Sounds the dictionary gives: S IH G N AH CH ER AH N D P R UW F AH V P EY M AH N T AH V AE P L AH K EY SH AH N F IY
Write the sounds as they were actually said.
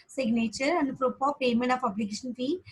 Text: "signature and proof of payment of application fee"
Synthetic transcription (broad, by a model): S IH G N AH CH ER AH N D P R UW P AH P EY M AH N T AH F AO B L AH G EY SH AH N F IY